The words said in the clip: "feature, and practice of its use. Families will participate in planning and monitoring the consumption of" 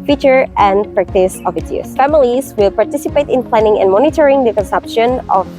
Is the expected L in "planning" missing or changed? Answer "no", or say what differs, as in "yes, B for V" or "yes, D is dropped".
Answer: no